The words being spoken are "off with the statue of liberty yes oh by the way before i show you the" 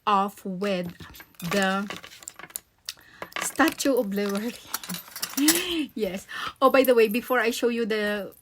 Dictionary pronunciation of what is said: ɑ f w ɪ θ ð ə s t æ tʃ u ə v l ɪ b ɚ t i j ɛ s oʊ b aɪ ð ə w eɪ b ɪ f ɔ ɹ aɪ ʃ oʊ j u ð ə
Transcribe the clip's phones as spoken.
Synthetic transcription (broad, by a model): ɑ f w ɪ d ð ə s t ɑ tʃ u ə b l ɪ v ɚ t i j ɛ s oʊ b aɪ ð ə w eɪ b ɪ f ɔ ɹ aɪ ʃ oʊ j u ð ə